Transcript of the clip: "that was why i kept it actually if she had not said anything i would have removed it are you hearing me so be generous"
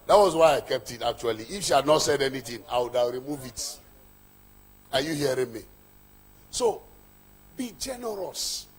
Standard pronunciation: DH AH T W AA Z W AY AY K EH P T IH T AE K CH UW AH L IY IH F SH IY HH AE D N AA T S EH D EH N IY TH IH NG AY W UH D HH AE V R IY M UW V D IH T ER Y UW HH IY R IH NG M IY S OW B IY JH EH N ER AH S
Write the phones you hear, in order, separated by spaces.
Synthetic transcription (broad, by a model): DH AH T W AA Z W AY AY K EH P T IH T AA K CH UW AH L IY IH F SH IY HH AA D N AA T S EH D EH N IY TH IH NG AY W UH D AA R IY M UW V IH T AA Y UW HH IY R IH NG M IY S OW B IY JH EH N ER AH S